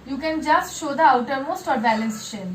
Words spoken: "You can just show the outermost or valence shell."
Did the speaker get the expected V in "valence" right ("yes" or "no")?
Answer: no